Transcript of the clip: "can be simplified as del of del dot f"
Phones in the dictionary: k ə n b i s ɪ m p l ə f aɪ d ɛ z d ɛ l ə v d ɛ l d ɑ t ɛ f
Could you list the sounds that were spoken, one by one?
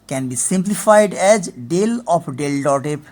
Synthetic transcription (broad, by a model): k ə n b i s ɪ m p l ə f aɪ d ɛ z d ɛ l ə p d ɛ l d ɑ t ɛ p